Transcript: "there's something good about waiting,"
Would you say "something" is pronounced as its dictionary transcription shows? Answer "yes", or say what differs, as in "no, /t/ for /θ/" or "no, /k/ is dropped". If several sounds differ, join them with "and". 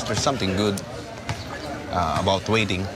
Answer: no, /t/ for /θ/